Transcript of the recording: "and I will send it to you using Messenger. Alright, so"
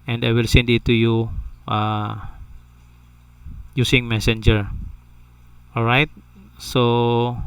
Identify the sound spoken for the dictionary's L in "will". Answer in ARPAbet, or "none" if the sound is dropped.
L